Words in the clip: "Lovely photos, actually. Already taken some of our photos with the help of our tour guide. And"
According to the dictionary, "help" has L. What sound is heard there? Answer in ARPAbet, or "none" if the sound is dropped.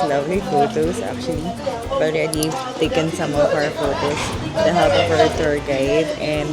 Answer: none